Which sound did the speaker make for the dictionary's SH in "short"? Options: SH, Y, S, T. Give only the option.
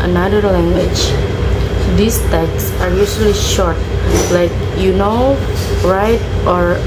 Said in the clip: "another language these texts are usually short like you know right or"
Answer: SH